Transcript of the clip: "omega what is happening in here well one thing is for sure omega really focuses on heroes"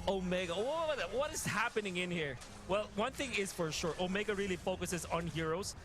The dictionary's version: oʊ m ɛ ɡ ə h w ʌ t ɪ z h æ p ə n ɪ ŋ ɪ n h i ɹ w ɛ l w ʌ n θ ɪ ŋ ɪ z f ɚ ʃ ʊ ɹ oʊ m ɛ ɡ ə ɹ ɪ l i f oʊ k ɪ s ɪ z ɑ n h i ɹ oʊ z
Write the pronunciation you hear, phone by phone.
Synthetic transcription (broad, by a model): oʊ m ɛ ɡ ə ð w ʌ t ɪ z h æ p ə n ɪ ŋ ɪ n h i ɹ w ɛ l w ʌ n θ ɪ ŋ ɪ z f ɚ ʃ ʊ ɹ oʊ m ɛ ɡ ə ɹ ɪ l i f oʊ k ɪ s ɪ z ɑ n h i ɹ oʊ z